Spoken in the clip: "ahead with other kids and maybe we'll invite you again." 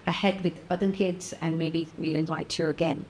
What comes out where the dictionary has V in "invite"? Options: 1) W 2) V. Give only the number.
1